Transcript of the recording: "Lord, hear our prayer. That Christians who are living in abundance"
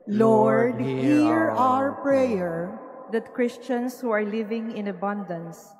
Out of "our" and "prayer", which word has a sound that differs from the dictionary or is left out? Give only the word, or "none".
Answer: none